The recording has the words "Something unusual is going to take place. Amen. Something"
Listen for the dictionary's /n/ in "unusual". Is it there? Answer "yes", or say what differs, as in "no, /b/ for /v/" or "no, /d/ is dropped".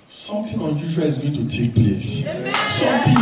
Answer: yes